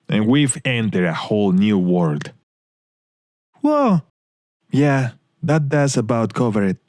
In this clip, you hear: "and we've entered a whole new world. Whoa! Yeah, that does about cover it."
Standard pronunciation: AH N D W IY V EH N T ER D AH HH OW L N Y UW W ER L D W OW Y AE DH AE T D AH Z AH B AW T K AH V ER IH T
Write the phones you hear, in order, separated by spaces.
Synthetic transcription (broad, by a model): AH N W IY V EH N T ER D AH HH OW L N Y UW W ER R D W OW Y AE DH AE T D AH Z AH B AW T K AH V ER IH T